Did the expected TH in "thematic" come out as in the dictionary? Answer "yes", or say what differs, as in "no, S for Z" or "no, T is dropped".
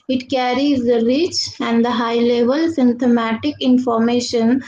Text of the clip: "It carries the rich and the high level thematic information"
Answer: no, T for TH